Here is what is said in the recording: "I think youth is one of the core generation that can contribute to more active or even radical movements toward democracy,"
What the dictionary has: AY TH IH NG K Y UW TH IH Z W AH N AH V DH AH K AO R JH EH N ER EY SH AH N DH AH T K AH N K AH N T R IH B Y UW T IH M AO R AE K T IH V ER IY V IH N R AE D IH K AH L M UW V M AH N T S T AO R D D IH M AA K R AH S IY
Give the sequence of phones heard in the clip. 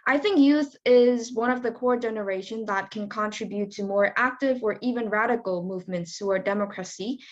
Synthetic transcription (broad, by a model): AY TH IH NG K Y UW TH IH Z W AH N AH V DH AH K AO R JH EH N ER EY SH AH N DH AH T K AH N K AH N T R IH B Y UW T IH M AO R AE K T IH V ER IY V IH N R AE D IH K L M UW V M AH N T S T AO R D D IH M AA K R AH S IY